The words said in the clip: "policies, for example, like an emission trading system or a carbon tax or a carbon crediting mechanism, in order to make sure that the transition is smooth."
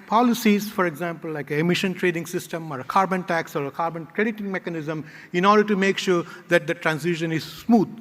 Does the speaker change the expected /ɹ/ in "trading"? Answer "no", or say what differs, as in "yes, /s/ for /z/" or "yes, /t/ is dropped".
no